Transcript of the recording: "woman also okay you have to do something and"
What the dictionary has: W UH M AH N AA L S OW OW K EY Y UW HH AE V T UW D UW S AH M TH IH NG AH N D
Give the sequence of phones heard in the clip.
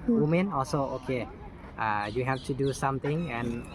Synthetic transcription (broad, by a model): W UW M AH N AA L S OW OW K EY Y UW HH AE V T UW D UW S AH M T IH NG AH N